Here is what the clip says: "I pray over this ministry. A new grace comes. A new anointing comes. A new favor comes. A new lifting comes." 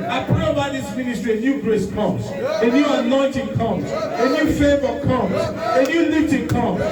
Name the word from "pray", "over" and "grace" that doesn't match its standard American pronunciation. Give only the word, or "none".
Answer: over